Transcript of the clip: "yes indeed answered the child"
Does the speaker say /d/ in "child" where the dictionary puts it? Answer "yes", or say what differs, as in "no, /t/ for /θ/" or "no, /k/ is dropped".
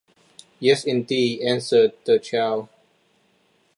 no, /d/ is dropped